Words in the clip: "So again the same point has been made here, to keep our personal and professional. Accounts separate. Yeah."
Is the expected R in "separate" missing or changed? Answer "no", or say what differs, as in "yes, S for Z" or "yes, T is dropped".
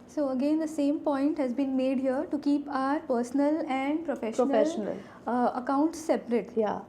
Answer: no